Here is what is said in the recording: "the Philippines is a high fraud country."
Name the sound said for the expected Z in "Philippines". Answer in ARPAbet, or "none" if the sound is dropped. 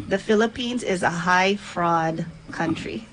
Z